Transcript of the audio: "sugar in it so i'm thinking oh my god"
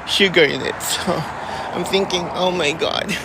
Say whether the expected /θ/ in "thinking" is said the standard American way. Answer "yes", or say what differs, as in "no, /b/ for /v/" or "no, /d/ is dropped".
yes